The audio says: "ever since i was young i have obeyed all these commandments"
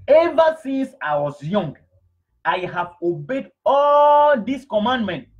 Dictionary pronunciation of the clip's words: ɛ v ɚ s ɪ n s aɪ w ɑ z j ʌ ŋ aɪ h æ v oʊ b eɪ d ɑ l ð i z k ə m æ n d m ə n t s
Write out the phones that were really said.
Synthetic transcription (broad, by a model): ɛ v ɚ s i n s aɪ w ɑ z j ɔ ŋ aɪ h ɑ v oʊ b eɪ d ɑ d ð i s k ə m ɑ n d m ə n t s